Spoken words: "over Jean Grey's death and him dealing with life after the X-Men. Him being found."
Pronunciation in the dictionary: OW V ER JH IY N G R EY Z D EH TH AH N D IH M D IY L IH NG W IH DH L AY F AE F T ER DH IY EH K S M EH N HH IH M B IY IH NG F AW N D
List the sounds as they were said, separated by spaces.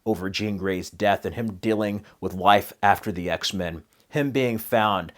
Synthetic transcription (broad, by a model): OW V ER JH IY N G R EY Z D EH TH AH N IH M D IY L IH NG W IH DH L AY F AE F T ER DH IY EH K S M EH N HH IH M B IY IH NG F AW N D